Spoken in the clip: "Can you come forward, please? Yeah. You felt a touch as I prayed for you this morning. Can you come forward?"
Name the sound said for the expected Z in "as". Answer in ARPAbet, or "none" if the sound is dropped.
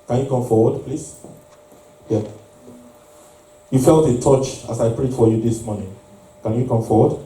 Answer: S